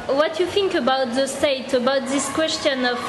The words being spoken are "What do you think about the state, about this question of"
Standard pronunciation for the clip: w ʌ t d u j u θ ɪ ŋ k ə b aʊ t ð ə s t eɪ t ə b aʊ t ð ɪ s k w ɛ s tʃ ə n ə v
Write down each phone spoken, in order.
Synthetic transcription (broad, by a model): w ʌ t j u θ ɪ ŋ k ə b aʊ t ð ə s t eɪ t ə b aʊ t ð ɪ s k w ɛ s tʃ ə n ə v